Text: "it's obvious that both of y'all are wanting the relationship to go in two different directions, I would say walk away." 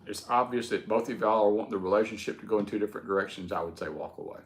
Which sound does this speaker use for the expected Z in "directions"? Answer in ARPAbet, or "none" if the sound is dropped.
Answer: Z